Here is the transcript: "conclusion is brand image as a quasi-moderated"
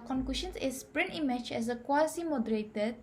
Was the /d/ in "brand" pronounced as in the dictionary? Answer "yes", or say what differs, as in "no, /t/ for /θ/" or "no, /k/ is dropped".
no, /d/ is dropped